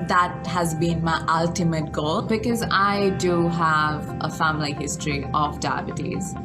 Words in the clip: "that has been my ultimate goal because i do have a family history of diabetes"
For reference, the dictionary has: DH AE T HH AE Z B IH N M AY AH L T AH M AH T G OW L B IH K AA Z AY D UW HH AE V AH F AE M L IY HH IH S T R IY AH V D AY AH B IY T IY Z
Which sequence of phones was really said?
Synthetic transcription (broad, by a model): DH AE T HH AE Z B IH N M AY AH L T AH M AH T G OW L B IH K AA Z AY D UW HH AE V AH F AE M L IY HH IH S T R IY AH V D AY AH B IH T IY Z